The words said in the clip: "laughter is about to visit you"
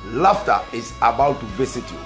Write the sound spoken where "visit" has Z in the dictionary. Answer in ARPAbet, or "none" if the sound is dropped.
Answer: S